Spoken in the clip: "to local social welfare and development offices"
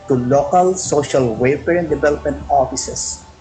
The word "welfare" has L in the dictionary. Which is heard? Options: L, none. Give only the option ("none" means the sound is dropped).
none